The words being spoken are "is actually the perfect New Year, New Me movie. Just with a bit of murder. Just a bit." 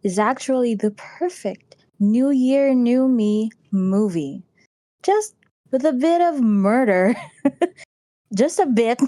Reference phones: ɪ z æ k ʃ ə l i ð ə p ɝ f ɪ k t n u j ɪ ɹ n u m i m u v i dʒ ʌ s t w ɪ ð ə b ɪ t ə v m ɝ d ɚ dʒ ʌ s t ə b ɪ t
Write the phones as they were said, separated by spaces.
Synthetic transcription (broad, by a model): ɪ z æ k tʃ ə l i ð ə p ɝ f ɪ k t n u j ɪ ɹ n u m i m u v i dʒ ʌ s t w ɪ ð ə b ɪ t ə v m ɝ d ɚ dʒ ʌ s t ə b ɪ t